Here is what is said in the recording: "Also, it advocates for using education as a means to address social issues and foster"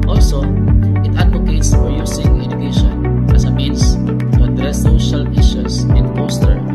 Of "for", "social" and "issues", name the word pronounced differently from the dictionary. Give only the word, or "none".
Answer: issues